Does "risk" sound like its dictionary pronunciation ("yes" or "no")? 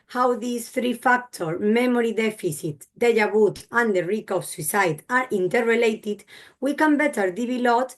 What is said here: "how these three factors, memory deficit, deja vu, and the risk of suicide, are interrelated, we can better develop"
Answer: no